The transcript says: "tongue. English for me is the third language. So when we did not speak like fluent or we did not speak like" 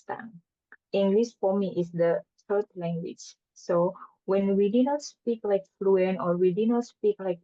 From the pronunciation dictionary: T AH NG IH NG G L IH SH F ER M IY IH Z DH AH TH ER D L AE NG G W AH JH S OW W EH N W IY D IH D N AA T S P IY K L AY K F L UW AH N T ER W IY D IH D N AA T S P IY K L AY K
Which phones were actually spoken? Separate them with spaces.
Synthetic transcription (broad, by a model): T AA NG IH NG G L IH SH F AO M IY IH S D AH T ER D L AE NG G W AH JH S OW W EH N W IY D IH N AA T S P IY K L AY K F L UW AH N AO W IY D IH N AA T S P IY K L AY K